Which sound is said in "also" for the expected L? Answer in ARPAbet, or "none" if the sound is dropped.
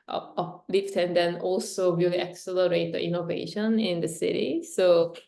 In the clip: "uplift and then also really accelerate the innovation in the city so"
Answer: L